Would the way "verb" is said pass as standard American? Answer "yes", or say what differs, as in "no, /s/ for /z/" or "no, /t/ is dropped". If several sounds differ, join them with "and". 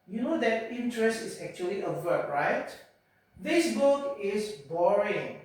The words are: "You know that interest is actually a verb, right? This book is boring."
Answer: no, /w/ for /v/